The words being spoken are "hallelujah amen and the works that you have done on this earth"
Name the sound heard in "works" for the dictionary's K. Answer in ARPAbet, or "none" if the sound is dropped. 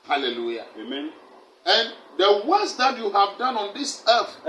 none